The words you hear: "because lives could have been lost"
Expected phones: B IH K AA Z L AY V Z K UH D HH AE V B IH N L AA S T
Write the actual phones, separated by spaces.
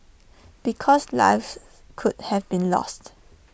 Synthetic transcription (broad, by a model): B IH K AA S L AY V K UH D HH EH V B IH N L AA S T